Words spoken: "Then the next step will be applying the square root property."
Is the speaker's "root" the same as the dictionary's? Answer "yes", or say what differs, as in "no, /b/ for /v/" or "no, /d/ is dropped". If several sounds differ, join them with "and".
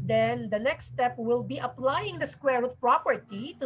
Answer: no, /w/ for /ɹ/